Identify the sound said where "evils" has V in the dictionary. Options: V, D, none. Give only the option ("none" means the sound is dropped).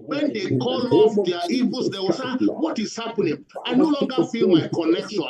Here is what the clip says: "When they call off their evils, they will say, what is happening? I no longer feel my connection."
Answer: none